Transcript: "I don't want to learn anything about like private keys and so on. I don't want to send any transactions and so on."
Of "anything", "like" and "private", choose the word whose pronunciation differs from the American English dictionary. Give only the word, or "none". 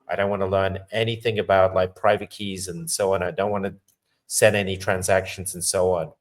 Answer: none